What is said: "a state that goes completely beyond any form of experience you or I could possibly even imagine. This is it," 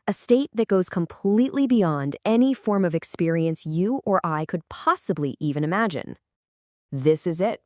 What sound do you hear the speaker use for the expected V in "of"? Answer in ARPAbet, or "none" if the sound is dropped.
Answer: V